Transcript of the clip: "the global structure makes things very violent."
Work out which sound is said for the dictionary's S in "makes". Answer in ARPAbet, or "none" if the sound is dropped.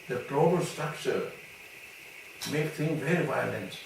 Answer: none